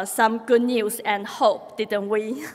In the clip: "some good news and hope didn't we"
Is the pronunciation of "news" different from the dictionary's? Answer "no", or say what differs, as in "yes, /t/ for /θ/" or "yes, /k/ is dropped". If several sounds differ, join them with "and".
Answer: yes, /s/ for /z/